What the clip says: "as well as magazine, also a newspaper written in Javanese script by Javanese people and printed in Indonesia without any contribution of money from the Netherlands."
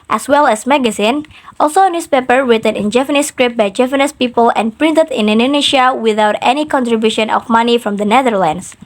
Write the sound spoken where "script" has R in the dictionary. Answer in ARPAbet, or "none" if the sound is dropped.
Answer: R